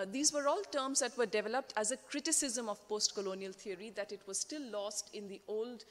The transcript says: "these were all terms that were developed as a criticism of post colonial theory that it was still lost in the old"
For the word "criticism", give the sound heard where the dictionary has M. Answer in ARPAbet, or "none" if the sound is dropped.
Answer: M